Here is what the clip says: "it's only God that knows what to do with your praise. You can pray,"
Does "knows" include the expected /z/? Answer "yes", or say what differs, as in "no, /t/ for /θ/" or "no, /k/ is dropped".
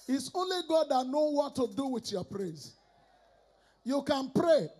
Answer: no, /z/ is dropped